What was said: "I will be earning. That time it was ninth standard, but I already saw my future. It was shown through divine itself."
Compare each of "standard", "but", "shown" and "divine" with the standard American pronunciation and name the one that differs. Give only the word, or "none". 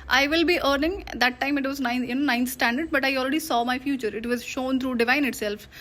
none